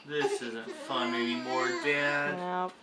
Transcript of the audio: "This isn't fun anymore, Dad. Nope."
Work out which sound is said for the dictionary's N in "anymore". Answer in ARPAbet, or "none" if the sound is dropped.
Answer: none